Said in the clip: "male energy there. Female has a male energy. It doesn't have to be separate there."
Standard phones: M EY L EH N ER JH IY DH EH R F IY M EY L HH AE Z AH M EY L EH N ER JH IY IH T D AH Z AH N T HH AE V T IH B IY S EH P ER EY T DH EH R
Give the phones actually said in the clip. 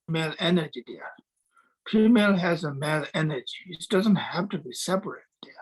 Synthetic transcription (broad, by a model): M EY L EH N ER JH IY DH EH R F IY M EY L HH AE Z AH M EY L EH N ER JH IY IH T D AH Z AH N T HH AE F T IH B IY S EH P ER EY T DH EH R